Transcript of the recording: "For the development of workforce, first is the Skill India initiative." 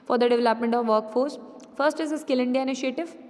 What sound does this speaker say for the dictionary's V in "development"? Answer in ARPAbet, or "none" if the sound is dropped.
V